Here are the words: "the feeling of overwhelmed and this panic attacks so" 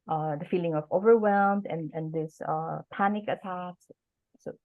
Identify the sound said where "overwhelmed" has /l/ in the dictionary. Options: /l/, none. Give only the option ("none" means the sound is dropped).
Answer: /l/